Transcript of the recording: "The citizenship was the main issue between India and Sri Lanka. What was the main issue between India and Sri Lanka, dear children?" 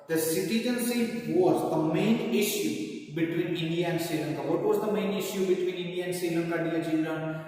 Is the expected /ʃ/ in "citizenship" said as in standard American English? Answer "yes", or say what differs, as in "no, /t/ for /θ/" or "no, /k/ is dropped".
no, /s/ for /ʃ/